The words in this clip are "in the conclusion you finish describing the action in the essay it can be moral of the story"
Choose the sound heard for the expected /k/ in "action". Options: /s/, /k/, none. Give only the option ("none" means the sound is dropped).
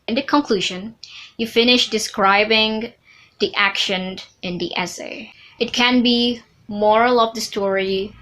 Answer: /k/